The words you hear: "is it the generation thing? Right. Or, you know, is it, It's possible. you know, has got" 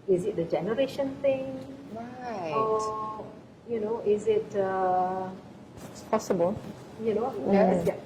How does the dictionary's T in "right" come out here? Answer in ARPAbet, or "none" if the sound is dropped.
none